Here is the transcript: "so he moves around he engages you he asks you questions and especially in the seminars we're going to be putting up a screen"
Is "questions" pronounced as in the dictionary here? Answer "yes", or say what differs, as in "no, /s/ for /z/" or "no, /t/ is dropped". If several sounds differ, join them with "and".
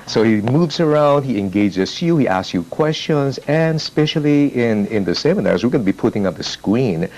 yes